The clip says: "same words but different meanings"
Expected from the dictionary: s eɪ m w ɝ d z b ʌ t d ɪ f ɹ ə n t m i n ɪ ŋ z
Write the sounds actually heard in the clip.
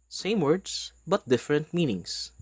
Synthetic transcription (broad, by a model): s eɪ m w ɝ d s b ʌ t d ɪ f ɹ ə n t m i n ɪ ŋ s